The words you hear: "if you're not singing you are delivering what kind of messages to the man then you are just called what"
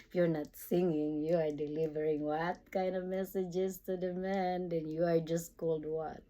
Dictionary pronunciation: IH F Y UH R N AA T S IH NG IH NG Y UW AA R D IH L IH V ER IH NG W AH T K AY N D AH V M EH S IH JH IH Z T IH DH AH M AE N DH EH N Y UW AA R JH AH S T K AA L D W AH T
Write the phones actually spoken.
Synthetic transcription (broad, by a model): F Y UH R N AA T S IH NG IH NG Y UW AA R D IH L IH V ER IH NG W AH T K AY N D AH V M EH S IH JH IH Z T IH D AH M AE N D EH N Y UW AA R JH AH S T K AA L D W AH T